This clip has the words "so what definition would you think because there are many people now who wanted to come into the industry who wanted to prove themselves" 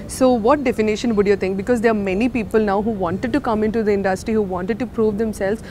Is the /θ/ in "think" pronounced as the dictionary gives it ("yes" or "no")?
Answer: no